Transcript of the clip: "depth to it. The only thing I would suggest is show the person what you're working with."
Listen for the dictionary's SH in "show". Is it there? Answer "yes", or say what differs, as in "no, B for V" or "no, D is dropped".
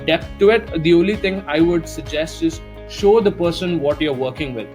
yes